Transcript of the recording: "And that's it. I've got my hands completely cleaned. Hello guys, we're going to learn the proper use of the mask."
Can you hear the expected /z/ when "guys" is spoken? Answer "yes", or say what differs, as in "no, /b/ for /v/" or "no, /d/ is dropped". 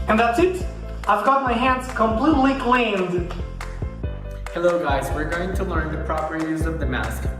yes